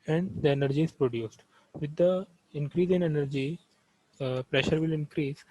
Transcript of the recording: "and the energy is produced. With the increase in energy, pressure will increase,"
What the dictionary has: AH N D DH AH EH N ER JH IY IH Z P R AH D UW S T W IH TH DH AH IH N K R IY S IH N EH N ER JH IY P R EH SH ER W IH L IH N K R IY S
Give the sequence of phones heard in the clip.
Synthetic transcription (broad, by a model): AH N D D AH EH N ER JH IY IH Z P R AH D UW S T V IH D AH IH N K R IY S IH N EH N ER JH IY P R EH SH ER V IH L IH N K R IY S